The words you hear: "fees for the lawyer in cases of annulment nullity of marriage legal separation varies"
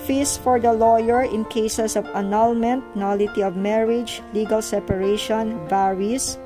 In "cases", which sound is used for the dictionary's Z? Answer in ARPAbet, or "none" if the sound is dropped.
S